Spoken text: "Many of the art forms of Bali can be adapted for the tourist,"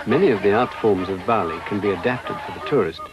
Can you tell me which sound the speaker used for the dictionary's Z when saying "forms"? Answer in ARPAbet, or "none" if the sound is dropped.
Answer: Z